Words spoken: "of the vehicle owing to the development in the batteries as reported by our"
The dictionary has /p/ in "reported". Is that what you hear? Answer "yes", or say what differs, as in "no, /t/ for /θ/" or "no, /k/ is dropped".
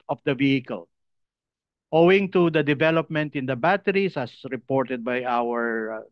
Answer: yes